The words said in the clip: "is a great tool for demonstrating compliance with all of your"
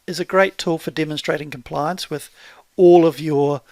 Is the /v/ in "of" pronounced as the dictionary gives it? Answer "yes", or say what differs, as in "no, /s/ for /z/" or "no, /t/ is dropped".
yes